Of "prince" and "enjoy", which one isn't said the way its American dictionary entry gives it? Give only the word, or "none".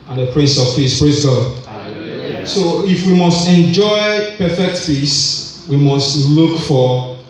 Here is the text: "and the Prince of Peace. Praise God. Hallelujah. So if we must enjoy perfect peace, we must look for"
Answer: prince